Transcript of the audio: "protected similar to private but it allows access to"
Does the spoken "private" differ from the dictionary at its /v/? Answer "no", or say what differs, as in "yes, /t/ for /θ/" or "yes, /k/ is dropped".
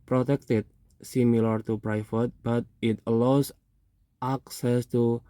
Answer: yes, /f/ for /v/